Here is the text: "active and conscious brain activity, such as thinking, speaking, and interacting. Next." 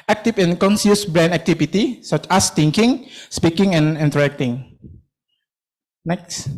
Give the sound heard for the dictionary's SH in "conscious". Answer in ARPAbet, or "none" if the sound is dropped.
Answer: S